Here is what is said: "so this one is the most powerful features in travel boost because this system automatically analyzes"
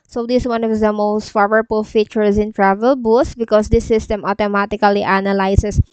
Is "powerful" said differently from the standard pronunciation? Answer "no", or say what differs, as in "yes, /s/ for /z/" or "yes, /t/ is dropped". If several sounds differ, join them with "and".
yes, /f/ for /p/